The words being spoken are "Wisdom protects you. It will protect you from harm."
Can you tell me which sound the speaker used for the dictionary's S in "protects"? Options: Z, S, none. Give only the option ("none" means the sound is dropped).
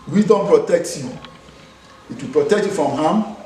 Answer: none